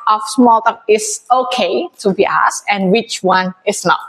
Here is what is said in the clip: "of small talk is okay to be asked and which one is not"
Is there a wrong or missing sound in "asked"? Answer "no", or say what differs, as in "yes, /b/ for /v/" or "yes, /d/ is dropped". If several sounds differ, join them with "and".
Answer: yes, /t/ is dropped